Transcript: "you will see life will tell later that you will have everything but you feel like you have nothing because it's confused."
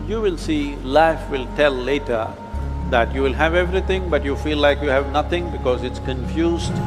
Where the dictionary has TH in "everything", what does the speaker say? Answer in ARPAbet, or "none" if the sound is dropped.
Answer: T